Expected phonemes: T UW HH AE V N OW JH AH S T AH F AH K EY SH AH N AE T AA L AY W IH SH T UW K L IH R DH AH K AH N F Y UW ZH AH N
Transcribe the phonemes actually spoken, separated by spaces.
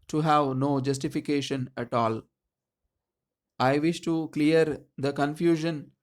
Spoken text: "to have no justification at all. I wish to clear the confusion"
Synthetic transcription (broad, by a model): T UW HH AE V N OW JH AH S T AH F AH K EY SH AH N AE T AA L AY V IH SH T UW K L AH R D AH K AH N F Y UW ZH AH N